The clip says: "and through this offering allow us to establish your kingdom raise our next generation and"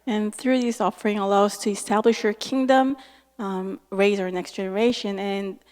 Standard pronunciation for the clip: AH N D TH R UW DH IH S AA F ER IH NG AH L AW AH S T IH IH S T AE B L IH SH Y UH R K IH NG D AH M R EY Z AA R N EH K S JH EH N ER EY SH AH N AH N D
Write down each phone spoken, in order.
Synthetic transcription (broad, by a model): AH N TH R UW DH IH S AA F ER IH NG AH L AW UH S T IH IH S T AE B L IH SH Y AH R K IH NG D AH M R EY Z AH R N EH K S JH EH N ER EY SH AH N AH N